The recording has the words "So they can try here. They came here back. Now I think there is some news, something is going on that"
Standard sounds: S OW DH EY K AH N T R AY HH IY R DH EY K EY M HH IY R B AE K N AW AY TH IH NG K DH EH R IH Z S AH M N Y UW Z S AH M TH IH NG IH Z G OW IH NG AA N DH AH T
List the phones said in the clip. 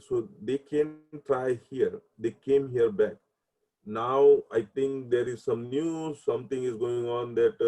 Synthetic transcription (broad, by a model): S OW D EY K AH N T R AY HH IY R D EY K EY M HH IY R B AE K N AW AY T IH NG K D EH R IH Z S AH M N Y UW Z S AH M T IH NG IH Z G OW IH NG AA N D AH T